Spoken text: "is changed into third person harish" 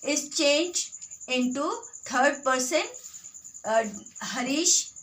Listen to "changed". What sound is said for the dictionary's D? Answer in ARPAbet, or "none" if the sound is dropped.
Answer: none